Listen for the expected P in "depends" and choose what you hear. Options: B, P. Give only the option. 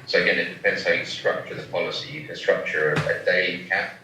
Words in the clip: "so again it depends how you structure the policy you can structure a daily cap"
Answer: P